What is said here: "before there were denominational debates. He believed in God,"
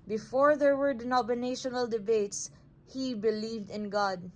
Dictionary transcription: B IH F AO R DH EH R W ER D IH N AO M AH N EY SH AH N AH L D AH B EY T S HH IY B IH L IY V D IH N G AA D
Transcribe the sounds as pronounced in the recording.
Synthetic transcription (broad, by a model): B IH F AO R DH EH R W ER D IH N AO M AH N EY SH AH N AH L D AH B EY T S HH IY B IH L IY V D IH N G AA D